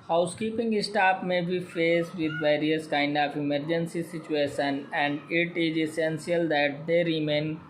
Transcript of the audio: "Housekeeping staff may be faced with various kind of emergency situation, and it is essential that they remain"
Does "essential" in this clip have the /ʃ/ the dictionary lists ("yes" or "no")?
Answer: no